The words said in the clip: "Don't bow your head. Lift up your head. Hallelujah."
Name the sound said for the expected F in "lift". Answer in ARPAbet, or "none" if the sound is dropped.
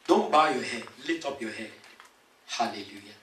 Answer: none